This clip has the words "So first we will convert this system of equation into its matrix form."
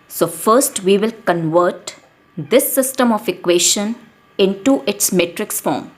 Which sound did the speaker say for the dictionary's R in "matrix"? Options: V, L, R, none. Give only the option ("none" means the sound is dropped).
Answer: R